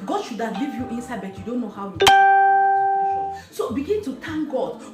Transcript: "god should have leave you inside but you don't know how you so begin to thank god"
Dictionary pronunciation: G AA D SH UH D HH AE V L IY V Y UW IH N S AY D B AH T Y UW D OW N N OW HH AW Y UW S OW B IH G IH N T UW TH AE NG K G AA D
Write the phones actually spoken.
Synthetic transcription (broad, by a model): G AA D SH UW D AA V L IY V Y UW IH N S AY D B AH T Y UW D OW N N OW HH AW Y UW S OW B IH G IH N T UW T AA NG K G AA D